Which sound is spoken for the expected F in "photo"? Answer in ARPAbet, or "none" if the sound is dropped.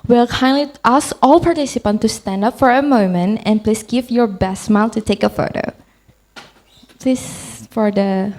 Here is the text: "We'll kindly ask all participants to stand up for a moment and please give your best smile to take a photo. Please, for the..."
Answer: F